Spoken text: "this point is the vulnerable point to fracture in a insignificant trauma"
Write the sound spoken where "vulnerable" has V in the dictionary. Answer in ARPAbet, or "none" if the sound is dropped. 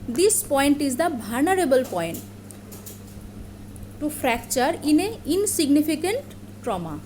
B